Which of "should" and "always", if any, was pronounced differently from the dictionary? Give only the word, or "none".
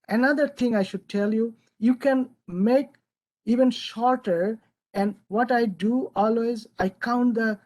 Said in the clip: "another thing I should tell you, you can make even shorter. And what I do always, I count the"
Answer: none